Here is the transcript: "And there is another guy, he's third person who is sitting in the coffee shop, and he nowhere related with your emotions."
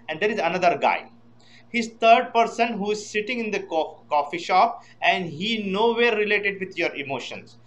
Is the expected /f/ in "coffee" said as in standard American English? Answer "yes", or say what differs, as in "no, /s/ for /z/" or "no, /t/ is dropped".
yes